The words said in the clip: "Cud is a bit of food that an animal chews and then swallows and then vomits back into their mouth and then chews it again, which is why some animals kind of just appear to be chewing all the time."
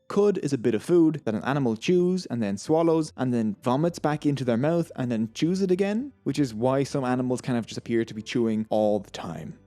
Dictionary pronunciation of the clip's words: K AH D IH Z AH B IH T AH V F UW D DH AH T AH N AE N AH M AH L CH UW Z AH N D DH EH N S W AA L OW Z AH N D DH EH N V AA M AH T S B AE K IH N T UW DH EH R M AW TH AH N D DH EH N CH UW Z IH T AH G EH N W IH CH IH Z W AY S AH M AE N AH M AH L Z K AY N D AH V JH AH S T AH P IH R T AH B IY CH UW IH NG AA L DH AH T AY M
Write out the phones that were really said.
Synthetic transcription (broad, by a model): K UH D IH Z AH B IH T AH V F UW D DH AH T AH N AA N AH M AH L CH UW Z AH N DH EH N S W AA L OW Z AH N DH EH N V AA M AH T S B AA K IH N T UW DH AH R M AW TH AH N DH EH N CH UW Z IH T AH G EH N W IH CH IH Z W AY S AH M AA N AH M AH L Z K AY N AH V JH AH S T AH P IH R T AH B IY CH UW IH NG AA L DH AH T AY M